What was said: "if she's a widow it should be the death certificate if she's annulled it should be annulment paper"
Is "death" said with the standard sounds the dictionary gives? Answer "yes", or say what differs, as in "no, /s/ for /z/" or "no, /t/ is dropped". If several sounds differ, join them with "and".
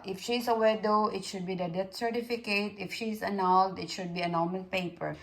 no, /t/ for /θ/